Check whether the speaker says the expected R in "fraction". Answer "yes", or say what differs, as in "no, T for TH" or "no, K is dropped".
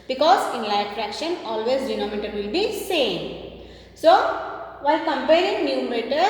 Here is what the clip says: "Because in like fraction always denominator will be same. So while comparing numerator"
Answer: yes